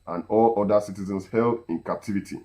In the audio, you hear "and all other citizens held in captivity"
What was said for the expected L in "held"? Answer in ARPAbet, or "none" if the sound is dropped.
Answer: L